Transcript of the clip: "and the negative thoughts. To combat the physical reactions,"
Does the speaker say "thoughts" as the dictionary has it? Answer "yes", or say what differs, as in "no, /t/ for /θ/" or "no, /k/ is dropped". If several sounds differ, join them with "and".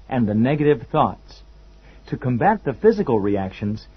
yes